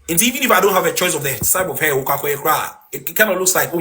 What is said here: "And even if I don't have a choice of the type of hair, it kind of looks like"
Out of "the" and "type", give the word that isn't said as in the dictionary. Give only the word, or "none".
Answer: type